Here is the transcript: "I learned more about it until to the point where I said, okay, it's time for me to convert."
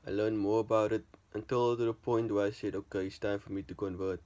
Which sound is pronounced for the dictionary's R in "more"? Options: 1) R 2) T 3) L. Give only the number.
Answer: 1